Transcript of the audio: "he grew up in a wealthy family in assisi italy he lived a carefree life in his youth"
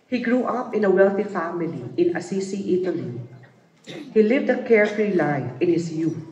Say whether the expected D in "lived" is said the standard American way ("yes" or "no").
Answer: yes